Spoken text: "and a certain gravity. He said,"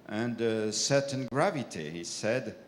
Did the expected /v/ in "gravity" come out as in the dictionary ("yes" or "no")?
yes